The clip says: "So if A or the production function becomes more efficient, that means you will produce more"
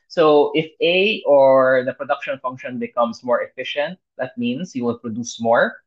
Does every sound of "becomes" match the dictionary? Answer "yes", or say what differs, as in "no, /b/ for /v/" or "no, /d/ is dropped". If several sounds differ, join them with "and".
no, /s/ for /z/